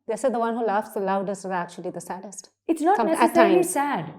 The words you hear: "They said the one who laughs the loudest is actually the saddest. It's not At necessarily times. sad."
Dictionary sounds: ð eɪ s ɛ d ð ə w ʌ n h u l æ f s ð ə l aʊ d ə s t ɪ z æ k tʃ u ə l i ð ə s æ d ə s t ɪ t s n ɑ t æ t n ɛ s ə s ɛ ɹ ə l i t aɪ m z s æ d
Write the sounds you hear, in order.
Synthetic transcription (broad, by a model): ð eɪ s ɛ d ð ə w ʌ n h u l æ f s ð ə l aʊ d ə s t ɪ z æ k tʃ u ə l i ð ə s æ d ə s t ɪ t s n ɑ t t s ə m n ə i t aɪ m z s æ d